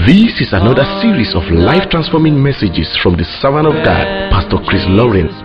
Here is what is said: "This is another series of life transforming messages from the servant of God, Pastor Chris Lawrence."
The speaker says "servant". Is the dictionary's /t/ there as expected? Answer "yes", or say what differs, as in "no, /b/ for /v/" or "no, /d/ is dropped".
no, /t/ is dropped